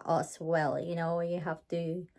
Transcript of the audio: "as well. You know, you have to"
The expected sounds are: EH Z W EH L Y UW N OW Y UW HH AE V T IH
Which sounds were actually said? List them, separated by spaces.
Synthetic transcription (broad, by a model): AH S W EH L Y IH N OW Y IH HH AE F T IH